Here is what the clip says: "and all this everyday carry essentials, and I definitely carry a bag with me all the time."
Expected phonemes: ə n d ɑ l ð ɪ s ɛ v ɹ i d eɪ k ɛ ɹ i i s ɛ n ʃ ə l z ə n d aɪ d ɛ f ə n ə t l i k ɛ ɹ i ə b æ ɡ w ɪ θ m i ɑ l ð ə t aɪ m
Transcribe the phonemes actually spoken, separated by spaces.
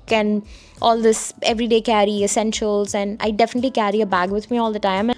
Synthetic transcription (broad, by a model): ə n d ɑ l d ɪ s ɛ v ɹ i d eɪ k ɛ ɹ i i s ɛ n ʃ ə l z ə n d aɪ d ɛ f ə n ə t l i k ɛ ɹ i ə b æ ɡ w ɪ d m i ɑ l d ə t aɪ m